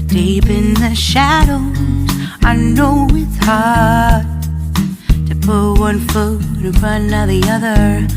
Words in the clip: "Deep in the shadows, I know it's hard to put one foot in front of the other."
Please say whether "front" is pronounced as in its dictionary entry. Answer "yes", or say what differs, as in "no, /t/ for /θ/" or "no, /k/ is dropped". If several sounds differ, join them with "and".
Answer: no, /t/ is dropped